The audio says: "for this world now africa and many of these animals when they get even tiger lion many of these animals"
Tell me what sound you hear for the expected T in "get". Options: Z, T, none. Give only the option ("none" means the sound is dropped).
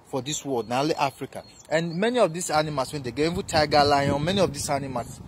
none